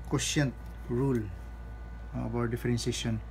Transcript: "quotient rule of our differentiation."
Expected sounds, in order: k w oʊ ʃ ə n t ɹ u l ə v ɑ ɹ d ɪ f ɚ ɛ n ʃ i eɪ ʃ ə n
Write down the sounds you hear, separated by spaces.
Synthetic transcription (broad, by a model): k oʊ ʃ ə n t ɹ u l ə b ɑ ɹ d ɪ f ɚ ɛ n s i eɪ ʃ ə n